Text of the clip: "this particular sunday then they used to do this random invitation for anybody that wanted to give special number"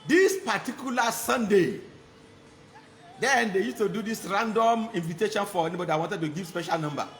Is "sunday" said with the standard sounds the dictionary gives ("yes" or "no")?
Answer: yes